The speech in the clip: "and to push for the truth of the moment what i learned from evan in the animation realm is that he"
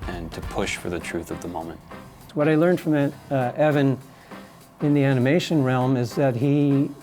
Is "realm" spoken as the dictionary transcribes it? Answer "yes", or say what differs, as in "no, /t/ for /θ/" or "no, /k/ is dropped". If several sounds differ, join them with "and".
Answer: yes